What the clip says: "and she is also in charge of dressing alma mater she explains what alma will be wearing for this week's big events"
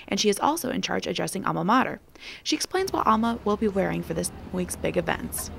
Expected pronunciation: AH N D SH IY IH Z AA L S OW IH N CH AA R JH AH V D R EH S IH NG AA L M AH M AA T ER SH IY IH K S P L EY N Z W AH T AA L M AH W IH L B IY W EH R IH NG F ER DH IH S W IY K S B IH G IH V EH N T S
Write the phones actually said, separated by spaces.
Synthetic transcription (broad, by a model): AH N SH IY IH Z AA L S OW IH N CH AA R JH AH D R EH S IH NG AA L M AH M AA T ER SH IY IH K S P L EY N Z W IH T AA L M AH W IH L B IY W EH R IH NG F ER DH IH S W IY K S B IH G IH V EH N T S